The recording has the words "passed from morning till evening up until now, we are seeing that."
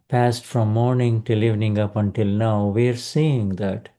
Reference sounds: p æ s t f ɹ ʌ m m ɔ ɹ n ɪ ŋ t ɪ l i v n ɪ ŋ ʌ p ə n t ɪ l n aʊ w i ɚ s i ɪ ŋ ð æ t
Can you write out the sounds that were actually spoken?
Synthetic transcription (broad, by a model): p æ s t f ɹ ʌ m m ɔ ɹ n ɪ ŋ t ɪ l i v n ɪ ŋ ʌ p ə n t ɪ l n aʊ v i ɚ s i ɪ ŋ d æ t